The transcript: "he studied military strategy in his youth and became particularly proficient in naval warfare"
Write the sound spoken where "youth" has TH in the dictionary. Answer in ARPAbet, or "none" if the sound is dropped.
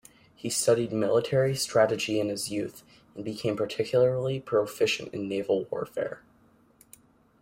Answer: TH